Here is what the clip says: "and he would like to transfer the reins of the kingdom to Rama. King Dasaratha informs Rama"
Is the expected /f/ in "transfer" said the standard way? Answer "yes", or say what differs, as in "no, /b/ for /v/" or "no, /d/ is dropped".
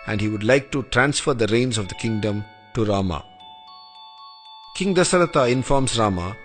yes